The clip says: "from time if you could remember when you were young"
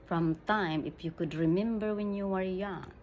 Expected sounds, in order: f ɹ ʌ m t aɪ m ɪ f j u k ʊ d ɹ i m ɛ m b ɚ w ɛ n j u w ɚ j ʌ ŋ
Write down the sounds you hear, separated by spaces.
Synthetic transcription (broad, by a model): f ɹ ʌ m t aɪ m ɪ f j u k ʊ d ɹ i m ɛ m b ɚ w ɛ n j u w ɚ j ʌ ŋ